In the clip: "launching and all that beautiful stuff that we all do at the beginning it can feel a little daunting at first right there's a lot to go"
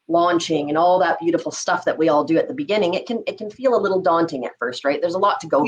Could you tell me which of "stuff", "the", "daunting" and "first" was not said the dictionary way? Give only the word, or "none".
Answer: none